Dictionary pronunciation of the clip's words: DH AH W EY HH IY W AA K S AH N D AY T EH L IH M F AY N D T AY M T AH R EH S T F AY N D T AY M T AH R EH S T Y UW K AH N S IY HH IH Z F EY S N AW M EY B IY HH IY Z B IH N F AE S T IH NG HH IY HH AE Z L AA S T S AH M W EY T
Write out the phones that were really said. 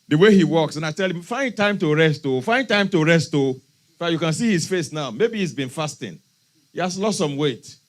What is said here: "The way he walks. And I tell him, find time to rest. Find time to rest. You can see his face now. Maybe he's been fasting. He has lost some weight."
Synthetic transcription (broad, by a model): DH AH W EY HH IY W AA K S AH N AY T EH L IH M F AY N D T AY M T AH R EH S T F AY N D T AY M T AH R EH S T Y UW K AH N S IY HH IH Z F EY S N AW M EY B IY HH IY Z B IH N F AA S T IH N HH IY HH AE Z L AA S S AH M W EY T